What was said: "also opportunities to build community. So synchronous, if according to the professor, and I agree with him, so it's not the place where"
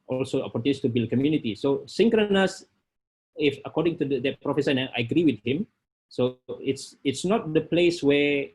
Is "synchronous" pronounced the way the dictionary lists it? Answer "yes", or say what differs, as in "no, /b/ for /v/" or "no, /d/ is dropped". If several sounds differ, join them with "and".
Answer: yes